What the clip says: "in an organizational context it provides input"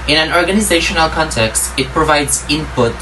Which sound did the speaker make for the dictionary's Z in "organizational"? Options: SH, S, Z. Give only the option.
Z